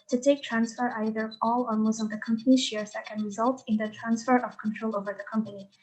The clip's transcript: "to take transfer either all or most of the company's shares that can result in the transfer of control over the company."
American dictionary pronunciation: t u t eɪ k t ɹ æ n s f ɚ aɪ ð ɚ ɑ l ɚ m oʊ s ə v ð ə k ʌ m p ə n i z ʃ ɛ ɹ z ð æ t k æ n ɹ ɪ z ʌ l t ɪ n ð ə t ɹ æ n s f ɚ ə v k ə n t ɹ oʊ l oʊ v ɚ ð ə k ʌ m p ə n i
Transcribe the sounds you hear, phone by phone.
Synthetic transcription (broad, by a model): t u t eɪ k t ɹ æ n s f ɚ aɪ ð ɚ ɑ l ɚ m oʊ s ə v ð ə k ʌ m p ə n i ʃ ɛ ɹ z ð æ t k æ n ɹ ɪ z ʌ l t ɪ n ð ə t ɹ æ n s f ɚ ə v k ə n t ɹ oʊ l oʊ v ɚ ð ə k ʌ m p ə n i